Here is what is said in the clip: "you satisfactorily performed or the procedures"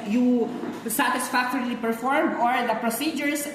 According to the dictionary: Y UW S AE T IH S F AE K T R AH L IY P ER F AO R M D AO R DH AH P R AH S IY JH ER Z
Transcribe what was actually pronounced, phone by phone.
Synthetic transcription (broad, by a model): Y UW S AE T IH S F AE K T R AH L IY P ER F AO R M AO R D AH P R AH S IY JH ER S